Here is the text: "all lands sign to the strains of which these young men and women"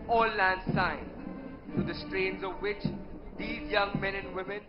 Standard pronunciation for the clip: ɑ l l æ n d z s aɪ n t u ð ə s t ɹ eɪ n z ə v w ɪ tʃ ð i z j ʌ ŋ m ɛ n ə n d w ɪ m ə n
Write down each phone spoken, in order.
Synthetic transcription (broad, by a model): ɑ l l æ n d s aɪ n t u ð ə s t ɹ eɪ n z ə v w ɪ tʃ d i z j ʌ ŋ m ɛ n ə n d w ɪ m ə n